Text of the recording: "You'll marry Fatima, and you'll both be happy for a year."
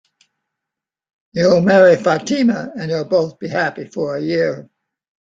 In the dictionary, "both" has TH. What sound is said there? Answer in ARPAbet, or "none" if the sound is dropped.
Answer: TH